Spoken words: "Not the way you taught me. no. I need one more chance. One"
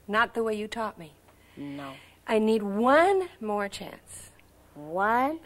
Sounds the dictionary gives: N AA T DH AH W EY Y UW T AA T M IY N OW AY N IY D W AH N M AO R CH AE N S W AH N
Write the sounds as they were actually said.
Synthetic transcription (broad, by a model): N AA T DH AH W EY Y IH T AA T M IY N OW AY N IY D W AH N M AO R CH AE N S W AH N